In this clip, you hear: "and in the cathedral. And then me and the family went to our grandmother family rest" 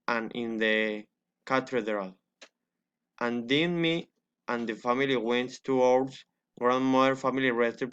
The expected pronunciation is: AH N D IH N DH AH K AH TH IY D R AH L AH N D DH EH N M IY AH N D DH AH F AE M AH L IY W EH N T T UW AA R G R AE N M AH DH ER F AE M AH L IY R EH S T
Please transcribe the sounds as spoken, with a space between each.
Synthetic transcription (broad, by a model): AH N IH N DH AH K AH T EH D R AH L AH N D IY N M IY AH N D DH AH F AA M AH L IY W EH N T T UW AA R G R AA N M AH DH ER F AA M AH L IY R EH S T